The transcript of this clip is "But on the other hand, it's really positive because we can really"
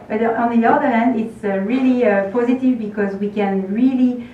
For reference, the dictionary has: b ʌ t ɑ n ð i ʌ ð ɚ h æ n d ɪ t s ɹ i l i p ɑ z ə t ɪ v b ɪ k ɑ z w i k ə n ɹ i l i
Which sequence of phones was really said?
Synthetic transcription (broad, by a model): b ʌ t ɑ n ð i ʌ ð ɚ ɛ n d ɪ t s ɹ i l i p ɑ z ə t ɪ v b ɪ k ɑ z w i k ə n ɹ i l i